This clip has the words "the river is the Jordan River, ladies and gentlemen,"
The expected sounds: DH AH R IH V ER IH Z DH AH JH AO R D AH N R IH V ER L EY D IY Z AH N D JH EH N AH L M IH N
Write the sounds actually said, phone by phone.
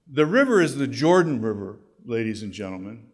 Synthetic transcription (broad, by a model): DH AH R IH V ER IH Z DH AH JH AO R D N R IH V ER L EY D IY Z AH N JH EH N L M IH N